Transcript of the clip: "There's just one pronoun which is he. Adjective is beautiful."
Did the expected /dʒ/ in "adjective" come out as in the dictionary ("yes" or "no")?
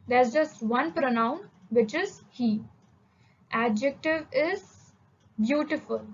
yes